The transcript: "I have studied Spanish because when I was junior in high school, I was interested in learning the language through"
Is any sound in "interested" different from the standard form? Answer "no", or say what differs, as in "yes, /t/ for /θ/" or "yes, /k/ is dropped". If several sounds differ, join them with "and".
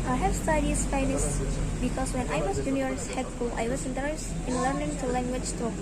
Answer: yes, /ɹ/ is dropped and /s/ is dropped